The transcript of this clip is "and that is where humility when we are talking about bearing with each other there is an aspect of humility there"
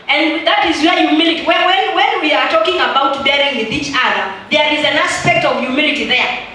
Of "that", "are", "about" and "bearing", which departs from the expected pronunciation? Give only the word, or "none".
none